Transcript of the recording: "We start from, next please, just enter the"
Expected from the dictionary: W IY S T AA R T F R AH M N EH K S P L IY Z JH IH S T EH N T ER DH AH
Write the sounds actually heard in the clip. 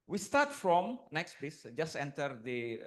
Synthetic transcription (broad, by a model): W IY S T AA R T F R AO M N EH K S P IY S JH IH S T EH N T ER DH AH